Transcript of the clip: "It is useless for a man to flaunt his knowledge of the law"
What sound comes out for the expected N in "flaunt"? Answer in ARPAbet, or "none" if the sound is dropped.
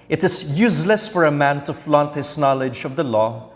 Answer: N